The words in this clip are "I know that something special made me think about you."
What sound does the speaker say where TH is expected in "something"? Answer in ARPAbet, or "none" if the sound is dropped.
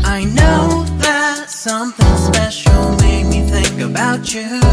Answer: TH